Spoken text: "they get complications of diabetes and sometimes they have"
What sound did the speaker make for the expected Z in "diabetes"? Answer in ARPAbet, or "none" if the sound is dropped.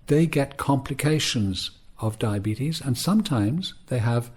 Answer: Z